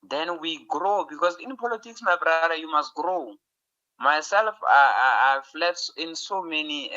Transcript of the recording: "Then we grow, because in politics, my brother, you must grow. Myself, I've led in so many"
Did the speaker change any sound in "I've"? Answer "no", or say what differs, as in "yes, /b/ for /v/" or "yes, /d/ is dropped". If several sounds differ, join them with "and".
yes, /f/ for /v/